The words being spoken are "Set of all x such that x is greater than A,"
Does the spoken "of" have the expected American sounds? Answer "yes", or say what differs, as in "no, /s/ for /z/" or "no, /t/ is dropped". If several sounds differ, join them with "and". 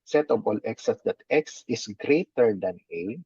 no, /b/ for /v/